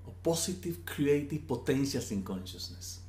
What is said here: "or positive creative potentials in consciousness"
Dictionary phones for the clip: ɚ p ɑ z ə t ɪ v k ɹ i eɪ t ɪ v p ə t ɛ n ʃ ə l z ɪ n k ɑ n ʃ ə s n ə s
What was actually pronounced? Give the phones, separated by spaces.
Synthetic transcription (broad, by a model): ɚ p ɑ s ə t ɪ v k ɹ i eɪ t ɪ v p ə t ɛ n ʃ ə l s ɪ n k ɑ n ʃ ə s n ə s